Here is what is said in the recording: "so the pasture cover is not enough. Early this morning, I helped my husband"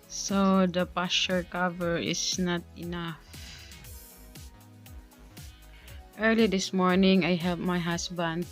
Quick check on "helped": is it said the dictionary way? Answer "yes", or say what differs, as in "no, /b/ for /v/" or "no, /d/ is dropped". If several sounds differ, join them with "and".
no, /p/ is dropped